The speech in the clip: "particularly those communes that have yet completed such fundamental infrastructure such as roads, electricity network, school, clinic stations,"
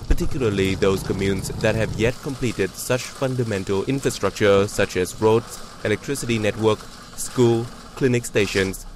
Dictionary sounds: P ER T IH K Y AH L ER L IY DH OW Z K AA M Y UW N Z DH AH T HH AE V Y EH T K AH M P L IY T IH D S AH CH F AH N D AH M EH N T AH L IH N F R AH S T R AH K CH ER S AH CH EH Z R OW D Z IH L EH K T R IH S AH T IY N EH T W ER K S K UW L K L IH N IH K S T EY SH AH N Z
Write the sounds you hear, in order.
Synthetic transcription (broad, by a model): P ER T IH K Y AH L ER L IY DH OW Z K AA M Y UW N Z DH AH T HH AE V Y EH T K AH M P L IY T IH D S AH CH F AH N D AH M EH N T AH L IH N F R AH S T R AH K CH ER S AH CH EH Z R OW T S IH L EH K T R IH S AH T IY N EH T W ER K S K UW L K L IH N IH K S T EY SH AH N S